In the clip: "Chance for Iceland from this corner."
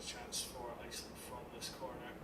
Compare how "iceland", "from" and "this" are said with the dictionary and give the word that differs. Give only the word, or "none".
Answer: iceland